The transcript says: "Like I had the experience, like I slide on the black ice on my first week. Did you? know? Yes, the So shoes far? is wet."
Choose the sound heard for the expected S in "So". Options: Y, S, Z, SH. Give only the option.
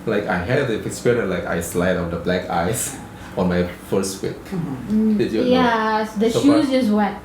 SH